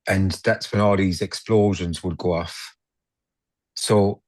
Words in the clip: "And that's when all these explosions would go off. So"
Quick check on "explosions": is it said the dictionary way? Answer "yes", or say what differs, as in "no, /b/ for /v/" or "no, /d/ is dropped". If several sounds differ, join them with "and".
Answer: yes